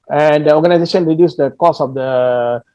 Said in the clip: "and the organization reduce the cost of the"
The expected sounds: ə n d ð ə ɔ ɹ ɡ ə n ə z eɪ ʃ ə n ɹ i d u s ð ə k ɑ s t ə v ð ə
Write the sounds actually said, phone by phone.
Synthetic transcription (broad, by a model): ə n d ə ɔ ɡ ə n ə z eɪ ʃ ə n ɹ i d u s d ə k ɑ s ə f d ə